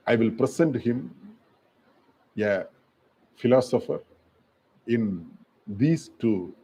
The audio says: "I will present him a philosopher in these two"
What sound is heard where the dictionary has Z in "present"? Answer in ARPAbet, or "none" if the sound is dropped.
S